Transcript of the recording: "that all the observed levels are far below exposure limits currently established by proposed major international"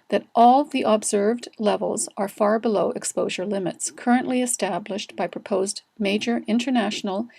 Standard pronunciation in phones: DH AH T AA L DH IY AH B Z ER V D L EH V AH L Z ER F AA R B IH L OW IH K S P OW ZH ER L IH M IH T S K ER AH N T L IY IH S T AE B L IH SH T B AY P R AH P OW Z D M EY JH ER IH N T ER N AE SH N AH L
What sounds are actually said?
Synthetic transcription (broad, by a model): DH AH T AA L DH IY AH B Z ER V D L EH V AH L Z ER F AA R B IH L OW IH K S P OW ZH ER L IH M IH T S K ER AH N T L IY IH S T AE B L IH SH T B AY P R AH P OW Z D M EY JH ER IH N T ER N AE SH N L